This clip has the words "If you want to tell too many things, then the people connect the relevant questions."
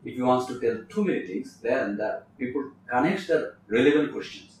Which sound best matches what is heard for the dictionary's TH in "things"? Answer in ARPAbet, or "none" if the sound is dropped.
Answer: T